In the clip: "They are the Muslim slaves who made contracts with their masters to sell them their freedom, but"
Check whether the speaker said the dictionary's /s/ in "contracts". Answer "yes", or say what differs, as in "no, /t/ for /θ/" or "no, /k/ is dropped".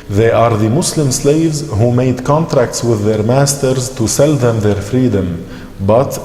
yes